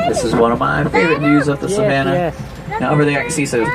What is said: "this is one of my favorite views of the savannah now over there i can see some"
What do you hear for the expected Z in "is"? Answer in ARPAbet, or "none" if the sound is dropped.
Z